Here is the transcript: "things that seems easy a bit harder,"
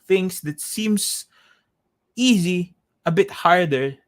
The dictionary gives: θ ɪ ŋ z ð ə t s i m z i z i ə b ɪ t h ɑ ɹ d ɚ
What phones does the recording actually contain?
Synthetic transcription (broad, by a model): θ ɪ ŋ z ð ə t s i m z i z i ə b ɪ t h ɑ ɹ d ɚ